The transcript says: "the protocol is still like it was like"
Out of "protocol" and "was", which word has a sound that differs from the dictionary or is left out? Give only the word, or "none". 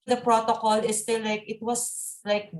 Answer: was